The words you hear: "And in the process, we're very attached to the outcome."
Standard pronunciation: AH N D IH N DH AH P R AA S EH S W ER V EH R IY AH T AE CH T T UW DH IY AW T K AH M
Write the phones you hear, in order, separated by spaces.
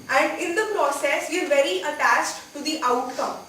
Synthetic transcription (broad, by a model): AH N D IH N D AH P R AA S EH S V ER V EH R IY AH T AE CH T T UW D IY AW T K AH M